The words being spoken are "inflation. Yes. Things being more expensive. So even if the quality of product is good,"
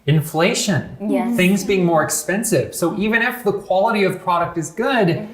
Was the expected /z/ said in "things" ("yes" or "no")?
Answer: yes